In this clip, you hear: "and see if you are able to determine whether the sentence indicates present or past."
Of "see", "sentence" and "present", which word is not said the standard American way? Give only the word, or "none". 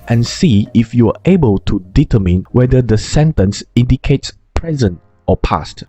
none